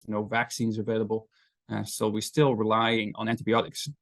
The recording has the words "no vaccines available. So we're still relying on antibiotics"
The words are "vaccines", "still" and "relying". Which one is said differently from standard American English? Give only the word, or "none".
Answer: none